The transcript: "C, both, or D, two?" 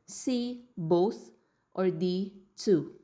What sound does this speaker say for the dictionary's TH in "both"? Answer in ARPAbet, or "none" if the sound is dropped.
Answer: T